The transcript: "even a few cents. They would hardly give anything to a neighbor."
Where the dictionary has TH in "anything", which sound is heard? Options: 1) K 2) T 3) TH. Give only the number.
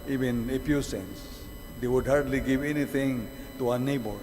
2